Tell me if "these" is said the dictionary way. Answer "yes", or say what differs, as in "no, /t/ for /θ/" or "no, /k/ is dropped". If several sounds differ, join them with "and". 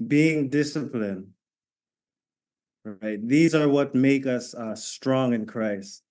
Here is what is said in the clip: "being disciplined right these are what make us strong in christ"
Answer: yes